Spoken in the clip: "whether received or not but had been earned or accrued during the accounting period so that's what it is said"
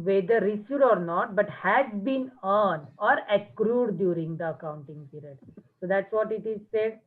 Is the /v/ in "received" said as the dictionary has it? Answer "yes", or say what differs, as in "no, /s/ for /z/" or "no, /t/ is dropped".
no, /v/ is dropped